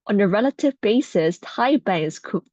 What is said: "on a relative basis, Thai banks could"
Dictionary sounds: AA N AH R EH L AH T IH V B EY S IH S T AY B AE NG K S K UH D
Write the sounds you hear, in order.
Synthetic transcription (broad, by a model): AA N AH R EH L AH T IH V B EY S IH S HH AY B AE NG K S K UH